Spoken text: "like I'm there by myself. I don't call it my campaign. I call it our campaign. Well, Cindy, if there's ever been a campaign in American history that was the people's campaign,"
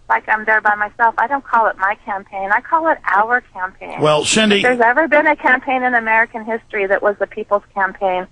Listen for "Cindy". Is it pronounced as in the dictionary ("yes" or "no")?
no